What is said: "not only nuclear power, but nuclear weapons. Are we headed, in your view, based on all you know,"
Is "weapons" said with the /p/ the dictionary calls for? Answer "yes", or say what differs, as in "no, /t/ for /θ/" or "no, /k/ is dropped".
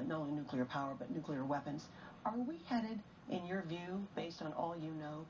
yes